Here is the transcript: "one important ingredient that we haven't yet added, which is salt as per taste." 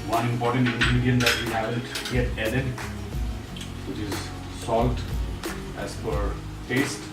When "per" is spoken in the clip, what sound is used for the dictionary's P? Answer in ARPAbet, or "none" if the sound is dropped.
F